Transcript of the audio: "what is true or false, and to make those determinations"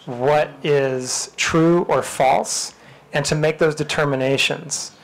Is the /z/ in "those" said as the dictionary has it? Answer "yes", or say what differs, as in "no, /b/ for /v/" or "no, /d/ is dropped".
yes